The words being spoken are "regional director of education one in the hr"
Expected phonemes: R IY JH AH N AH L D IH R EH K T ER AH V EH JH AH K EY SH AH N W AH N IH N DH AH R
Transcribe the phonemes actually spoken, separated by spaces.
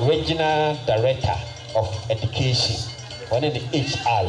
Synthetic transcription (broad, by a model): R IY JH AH N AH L D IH R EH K T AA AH F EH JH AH K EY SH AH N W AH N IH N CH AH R